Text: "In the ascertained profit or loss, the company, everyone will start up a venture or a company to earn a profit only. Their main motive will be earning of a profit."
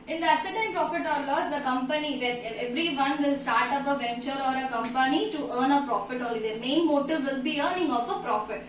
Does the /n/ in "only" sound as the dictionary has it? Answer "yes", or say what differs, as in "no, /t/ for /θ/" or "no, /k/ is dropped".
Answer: no, /n/ is dropped